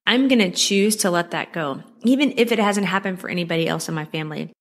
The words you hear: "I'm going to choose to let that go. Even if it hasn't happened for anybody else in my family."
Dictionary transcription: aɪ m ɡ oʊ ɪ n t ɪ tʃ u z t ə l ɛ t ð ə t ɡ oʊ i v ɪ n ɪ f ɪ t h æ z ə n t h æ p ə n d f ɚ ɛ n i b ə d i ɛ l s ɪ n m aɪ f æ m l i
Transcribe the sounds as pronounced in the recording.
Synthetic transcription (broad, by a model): aɪ m ɡ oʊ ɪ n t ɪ tʃ u z t ə l ɛ t ð ə t ɡ oʊ i v ɪ n ɪ f ɪ t h æ z ə n t h æ p ə n d f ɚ ɛ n i b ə d i ɛ l s ɪ n m aɪ f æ m l i